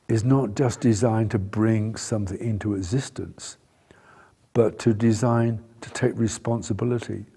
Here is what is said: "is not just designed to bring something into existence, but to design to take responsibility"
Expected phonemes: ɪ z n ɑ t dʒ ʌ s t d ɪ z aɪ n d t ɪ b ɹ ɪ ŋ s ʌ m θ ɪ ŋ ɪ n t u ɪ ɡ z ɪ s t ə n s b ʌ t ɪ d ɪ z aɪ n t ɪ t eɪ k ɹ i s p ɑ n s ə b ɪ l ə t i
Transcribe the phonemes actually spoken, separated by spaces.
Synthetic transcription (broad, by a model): ɪ z n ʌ t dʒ ʌ s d ɪ z aɪ n t ɪ b ɹ ɪ ŋ s ʌ m θ ɪ ŋ ɪ n t u ɪ ɡ z ɪ s t ə n s b ʌ t ɪ d ɪ z aɪ n t ɪ t eɪ k ɹ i s p ɑ n s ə b ɪ l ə t i